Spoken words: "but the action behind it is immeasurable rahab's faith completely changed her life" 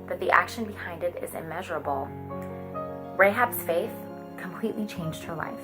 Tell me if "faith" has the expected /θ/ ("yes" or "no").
yes